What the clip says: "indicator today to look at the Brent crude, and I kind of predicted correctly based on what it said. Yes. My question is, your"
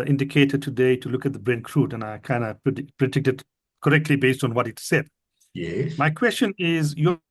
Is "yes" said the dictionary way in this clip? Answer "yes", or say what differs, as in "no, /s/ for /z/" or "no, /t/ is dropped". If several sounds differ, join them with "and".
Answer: no, /s/ is dropped